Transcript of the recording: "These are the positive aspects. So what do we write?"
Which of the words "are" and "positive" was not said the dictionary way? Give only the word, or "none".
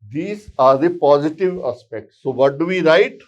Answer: none